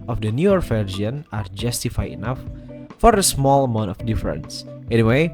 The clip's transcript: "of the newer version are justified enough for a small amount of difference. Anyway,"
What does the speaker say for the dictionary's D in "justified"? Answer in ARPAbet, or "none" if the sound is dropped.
none